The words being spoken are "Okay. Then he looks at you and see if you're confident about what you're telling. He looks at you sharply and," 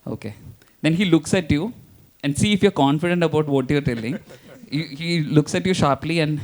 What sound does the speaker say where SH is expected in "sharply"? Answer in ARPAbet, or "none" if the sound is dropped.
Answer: SH